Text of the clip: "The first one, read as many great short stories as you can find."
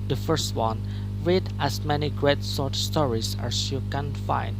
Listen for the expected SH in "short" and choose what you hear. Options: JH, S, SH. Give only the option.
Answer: S